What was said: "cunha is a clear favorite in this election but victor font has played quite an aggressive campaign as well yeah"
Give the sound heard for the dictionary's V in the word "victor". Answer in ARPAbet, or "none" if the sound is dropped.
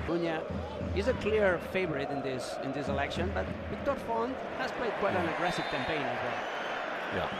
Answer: W